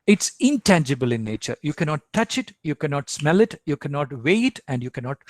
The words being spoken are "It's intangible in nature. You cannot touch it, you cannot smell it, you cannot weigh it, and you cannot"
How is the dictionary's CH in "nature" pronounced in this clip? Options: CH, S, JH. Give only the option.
CH